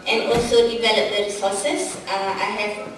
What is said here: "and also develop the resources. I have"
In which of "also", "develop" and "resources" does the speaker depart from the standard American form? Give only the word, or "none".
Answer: resources